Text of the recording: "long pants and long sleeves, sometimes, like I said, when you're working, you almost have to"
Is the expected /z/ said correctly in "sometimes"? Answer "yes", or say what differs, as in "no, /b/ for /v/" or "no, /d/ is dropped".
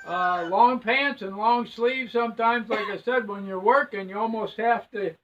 yes